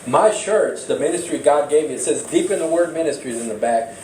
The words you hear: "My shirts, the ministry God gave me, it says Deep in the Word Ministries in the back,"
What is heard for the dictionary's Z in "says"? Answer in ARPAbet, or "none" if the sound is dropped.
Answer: Z